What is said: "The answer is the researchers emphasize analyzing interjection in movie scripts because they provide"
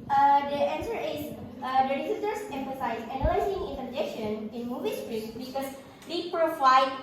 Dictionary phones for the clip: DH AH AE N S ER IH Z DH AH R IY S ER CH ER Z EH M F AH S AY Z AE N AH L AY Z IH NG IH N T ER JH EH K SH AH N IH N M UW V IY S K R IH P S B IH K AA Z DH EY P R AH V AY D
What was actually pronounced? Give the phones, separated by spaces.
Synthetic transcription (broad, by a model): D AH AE N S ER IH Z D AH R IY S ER S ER S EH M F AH S AY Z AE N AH L AY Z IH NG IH N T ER JH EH K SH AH N IH N M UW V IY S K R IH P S B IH K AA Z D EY P R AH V AY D